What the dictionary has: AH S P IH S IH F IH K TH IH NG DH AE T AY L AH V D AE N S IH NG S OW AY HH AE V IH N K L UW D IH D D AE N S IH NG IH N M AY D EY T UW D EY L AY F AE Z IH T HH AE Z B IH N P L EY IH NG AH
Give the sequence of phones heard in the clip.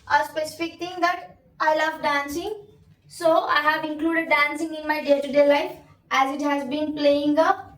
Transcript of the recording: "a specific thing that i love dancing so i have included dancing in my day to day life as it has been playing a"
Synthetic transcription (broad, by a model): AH S P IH S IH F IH K T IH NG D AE T AY L AH V D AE N S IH NG S OW AY HH AE V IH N K L UW D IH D D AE N S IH NG IH N M AY D EY T UW D EY L AY F AE Z IH T HH AE Z B IH N P L EY IH NG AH